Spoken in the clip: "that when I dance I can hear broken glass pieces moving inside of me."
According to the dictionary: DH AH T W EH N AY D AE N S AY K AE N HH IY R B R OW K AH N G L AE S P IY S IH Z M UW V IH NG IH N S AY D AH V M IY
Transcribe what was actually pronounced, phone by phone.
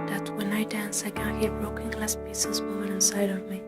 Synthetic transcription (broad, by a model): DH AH T W EH N AY D AE N S AY K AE N HH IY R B R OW K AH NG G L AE S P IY S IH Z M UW IH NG IH N S AY D AH V M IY